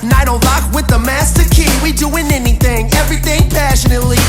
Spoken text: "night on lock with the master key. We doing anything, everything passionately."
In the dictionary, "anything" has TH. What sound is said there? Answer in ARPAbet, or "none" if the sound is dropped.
TH